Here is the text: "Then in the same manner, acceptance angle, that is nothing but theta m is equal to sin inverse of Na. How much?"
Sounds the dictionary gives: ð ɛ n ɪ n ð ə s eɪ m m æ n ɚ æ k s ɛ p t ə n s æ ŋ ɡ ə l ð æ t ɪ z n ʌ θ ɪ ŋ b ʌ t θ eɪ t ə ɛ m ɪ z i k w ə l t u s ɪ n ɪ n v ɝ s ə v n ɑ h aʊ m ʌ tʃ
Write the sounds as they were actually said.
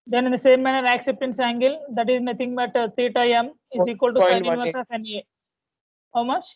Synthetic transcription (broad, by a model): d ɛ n ɪ n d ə s eɪ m m æ n ɚ æ k s ɛ p t ə n s æ ŋ ɡ ə l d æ t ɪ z n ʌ t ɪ ŋ b ʌ t t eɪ t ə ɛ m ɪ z i k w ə l t u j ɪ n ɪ v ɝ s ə f n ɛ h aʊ m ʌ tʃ